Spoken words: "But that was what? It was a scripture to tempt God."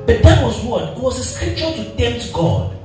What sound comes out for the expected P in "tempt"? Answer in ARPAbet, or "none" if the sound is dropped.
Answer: none